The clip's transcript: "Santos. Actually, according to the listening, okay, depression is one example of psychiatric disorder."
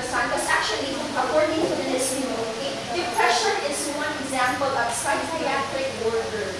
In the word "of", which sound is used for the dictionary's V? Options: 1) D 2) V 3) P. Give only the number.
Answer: 3